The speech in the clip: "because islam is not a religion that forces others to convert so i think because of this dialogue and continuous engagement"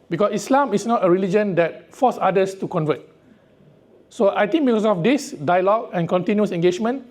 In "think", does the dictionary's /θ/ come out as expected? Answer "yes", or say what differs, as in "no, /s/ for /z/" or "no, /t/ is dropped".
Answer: no, /t/ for /θ/